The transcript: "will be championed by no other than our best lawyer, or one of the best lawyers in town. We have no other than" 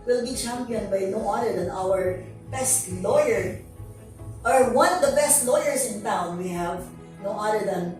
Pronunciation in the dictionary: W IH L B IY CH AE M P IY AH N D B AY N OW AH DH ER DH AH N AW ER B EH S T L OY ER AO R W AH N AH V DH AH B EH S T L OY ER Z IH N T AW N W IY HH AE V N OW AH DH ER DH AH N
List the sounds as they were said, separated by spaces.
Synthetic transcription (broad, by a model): W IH L B IY CH AE M P IY AH N D B AY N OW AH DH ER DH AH N AW ER B EH S T L OY ER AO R W AH N AH V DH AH B EH S T L OY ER S IH N T AW N W IY HH AE V N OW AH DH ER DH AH N